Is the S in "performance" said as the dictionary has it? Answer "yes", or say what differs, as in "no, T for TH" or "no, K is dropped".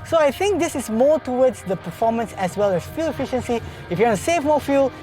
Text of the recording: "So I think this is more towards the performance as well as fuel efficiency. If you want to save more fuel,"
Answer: yes